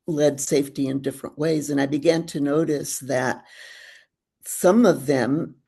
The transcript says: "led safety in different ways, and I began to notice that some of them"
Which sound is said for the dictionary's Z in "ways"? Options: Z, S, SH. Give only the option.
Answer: Z